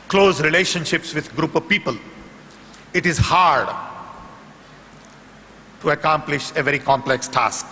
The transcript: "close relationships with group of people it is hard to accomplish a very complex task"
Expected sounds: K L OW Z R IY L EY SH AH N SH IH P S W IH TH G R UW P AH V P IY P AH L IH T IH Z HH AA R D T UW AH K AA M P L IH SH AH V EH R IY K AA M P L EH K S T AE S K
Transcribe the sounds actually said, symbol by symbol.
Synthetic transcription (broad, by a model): K L OW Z R IY L EY SH AH N SH IH P S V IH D G R UW P AH V P IY P AH L IH T IH Z HH AA R D T UW AH K AA M P L IH SH AH V EH R IY K AA M P L EH K S T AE S K